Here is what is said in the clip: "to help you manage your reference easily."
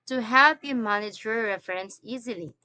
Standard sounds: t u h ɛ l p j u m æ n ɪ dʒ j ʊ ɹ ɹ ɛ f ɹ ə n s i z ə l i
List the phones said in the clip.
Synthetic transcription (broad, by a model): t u h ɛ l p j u m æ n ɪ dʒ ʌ ɹ ɹ ɛ f ɹ ə n s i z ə l i